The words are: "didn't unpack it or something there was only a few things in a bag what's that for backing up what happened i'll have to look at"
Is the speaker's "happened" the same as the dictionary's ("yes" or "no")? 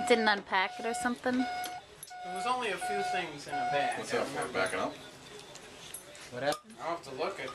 no